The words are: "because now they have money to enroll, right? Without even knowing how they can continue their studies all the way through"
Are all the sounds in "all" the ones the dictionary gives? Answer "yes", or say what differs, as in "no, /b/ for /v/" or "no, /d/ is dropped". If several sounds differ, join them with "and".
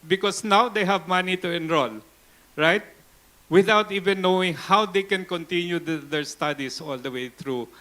yes